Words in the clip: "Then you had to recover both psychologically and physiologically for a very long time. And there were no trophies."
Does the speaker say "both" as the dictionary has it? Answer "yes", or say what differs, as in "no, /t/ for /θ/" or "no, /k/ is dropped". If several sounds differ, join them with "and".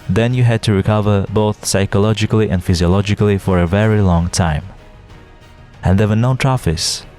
yes